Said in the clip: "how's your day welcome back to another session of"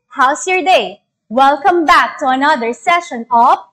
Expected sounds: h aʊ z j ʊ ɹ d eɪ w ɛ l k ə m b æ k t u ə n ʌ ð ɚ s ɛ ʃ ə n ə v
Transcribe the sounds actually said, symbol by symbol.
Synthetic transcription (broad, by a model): h aʊ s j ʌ ɹ d eɪ w ɛ l k ə m b æ k t u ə n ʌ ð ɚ s ɛ ʃ ə n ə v